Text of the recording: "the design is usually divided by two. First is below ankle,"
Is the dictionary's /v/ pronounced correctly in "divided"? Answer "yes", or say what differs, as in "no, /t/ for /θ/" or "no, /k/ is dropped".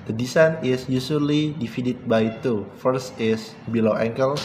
no, /f/ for /v/